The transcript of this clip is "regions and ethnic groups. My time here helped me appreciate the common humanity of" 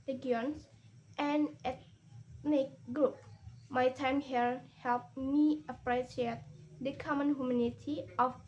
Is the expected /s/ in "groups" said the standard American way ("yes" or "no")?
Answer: no